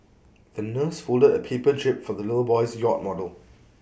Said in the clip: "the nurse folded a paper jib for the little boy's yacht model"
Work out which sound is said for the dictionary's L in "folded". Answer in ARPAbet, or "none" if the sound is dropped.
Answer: L